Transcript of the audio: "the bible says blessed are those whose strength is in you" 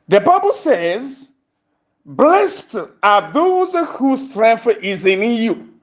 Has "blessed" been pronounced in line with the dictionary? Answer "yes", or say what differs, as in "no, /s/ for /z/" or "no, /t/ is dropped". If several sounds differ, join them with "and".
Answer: yes